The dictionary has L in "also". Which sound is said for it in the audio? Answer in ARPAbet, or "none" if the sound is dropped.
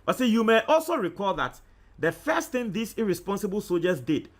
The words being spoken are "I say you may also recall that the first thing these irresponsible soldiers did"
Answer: L